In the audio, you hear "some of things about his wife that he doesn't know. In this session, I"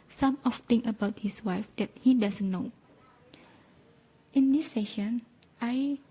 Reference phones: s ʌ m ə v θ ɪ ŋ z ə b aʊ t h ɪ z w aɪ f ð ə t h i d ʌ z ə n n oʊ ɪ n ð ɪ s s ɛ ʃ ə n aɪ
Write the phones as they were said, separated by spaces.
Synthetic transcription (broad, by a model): s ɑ m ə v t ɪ ŋ ə b aʊ t h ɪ s w aɪ f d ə t h i d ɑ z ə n n oʊ ɪ n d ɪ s s ɛ ʃ ə n aɪ